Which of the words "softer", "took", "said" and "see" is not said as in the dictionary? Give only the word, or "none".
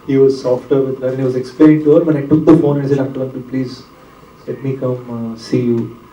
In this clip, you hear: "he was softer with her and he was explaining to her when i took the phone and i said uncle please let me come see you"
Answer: said